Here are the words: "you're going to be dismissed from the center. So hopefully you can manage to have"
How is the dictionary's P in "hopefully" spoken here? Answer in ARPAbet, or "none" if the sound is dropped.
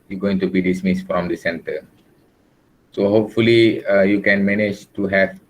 P